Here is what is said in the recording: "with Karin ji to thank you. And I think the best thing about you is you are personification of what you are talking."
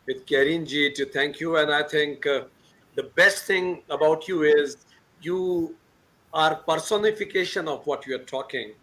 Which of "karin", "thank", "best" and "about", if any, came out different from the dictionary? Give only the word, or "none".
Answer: thank